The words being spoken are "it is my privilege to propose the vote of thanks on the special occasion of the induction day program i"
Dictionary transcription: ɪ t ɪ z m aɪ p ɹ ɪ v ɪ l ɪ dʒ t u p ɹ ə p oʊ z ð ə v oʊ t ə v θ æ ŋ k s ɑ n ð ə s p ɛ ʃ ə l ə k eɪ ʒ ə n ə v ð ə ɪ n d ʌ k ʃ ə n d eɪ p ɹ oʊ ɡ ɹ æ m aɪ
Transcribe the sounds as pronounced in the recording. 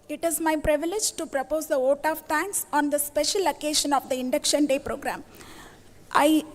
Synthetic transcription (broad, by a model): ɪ t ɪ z m aɪ p ɹ ɪ v ɪ l ɪ dʒ t u p ɹ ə p oʊ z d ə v oʊ t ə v t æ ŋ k s ɑ n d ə s p ɛ ʃ ə l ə k eɪ ʃ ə n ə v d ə ɪ n d ʌ k ʃ ə n d eɪ p ɹ oʊ ɡ ɹ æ m aɪ